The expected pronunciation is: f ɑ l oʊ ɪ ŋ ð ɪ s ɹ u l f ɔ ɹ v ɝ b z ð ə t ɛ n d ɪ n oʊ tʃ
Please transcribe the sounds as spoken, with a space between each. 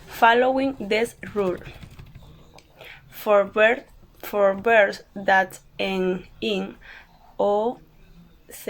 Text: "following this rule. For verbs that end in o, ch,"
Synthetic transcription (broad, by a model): f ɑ l oʊ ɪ ŋ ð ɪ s ɹ u l f ɔ ɹ b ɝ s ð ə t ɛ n ɪ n oʊ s